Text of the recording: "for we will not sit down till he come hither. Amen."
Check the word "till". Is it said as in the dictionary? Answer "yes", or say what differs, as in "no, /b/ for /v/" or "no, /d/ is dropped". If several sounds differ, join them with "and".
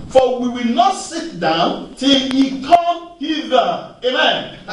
yes